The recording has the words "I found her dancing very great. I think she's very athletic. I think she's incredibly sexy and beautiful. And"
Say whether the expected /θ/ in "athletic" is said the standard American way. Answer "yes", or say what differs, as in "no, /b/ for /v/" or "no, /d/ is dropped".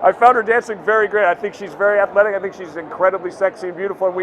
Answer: yes